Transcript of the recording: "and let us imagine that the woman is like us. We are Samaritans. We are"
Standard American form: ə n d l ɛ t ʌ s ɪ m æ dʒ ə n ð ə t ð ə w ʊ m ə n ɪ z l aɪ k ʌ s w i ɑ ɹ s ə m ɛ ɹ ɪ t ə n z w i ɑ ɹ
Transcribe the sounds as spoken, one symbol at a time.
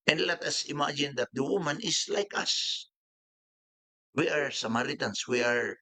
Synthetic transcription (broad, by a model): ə n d l ɛ t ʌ s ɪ m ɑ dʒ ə n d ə t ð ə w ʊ m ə n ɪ s l aɪ k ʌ s w i ɑ ɹ s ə m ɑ ɹ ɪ t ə n s w i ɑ ɹ